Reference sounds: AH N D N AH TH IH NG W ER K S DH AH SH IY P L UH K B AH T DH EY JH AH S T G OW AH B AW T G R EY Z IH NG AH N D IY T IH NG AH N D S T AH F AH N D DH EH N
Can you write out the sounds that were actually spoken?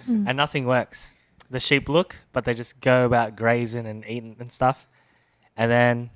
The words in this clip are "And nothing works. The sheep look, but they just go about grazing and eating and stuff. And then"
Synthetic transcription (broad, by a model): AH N N AH TH IH NG W ER K S DH AH SH IY P L UH K B AH T DH EY JH AH S G OW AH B AW T G R EY Z IH NG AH N IY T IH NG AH N S T AH F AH N DH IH N